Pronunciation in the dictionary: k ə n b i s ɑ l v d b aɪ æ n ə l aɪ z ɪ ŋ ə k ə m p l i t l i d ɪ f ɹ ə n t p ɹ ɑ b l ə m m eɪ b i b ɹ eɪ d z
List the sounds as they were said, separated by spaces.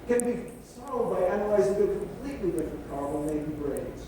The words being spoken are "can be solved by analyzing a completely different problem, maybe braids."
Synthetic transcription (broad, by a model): k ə n b i s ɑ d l d b aɪ æ n ə l aɪ z ɪ ŋ ə k ə m p l i t l i d ɪ f ɹ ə n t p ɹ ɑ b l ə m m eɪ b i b ɹ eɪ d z